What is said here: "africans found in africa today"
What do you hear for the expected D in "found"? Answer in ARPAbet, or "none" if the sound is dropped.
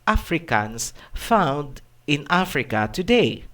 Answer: D